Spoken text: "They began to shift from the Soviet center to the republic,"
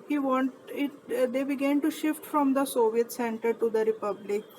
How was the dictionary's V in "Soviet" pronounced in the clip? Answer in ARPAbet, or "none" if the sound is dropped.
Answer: V